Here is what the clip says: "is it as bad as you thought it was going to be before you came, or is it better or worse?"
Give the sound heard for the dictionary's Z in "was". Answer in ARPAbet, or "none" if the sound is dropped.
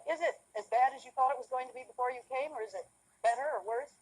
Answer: Z